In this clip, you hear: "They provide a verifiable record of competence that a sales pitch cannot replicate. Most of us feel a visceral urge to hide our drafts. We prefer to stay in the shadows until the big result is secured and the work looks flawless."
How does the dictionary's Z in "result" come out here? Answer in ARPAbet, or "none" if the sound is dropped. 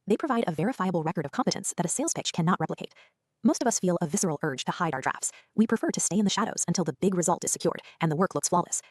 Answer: Z